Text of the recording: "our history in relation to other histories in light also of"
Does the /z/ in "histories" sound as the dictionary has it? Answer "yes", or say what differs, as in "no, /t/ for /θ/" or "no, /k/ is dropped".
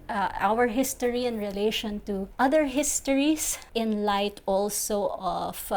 no, /s/ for /z/